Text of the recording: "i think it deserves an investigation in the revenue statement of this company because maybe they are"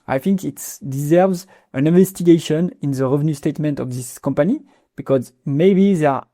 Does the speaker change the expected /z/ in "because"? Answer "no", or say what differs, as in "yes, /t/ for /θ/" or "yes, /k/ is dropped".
no